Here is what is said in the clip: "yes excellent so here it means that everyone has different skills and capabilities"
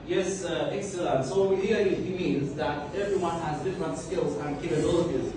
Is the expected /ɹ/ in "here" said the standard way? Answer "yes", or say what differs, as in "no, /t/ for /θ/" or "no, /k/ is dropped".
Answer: no, /l/ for /ɹ/